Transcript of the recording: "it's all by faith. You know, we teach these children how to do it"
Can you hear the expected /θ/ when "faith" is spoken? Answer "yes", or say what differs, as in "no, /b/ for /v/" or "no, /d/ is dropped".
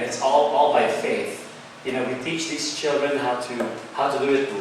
yes